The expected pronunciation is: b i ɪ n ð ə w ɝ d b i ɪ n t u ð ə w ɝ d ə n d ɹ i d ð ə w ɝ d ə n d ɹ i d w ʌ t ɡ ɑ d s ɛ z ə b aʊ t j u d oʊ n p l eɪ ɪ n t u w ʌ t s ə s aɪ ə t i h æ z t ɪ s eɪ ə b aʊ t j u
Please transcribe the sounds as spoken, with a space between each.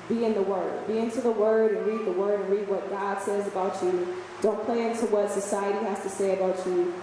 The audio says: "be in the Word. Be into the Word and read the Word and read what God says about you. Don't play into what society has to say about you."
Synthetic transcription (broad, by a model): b i ɪ n ð ə w ɝ d b i ɪ n t u ð ə w ɝ d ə n ɹ i d ð ə w ɝ d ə n ɹ i d w ʌ t ɡ ɑ d s ɛ z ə b aʊ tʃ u d oʊ n p l eɪ ɪ n t u w ʌ t s ə s aɪ ə t i h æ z t ɪ s eɪ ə b aʊ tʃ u